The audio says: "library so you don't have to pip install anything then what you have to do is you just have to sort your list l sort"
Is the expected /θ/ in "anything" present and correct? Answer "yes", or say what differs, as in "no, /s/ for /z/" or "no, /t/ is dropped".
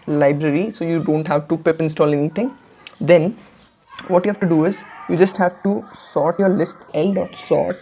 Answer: no, /t/ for /θ/